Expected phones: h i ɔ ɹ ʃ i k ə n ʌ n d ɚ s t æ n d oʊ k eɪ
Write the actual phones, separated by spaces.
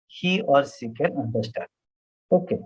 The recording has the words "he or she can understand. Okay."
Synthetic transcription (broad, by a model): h i ɔ ɹ s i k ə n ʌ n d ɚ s t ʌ d oʊ k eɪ